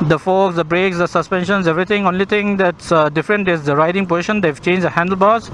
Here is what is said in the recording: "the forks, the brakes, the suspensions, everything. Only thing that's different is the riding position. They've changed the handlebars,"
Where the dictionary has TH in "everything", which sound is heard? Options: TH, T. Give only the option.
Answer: T